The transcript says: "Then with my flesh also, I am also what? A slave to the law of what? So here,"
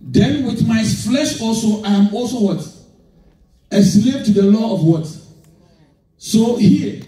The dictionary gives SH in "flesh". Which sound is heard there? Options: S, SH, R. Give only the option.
SH